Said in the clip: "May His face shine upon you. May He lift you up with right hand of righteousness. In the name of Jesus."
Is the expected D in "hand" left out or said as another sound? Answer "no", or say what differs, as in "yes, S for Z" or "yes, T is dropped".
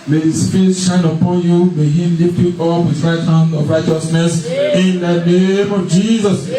yes, D is dropped